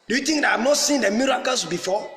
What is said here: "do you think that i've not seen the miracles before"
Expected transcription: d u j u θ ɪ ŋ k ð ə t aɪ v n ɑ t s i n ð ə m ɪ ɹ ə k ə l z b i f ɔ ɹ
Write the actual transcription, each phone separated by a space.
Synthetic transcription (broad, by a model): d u j u t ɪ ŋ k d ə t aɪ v n ɑ t s i n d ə m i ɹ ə k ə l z b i f ɔ